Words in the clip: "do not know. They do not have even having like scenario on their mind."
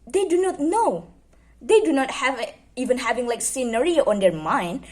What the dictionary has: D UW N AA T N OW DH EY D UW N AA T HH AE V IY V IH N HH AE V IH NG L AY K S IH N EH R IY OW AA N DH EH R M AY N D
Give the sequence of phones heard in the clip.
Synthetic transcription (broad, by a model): D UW N AA T N OW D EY D UW N AA T HH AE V IY V IH N HH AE V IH NG L AY K S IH N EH R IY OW AA N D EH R M AY N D